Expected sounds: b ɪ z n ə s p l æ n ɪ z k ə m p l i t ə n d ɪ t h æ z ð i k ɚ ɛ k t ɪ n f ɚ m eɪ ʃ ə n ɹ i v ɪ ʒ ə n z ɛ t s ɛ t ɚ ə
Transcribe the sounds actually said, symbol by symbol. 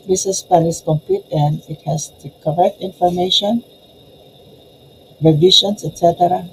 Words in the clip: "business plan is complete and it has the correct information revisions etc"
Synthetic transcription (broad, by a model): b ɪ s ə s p æ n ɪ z k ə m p i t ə n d ɪ t h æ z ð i k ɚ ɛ k t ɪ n f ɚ m eɪ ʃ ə n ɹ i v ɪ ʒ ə n s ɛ t s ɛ t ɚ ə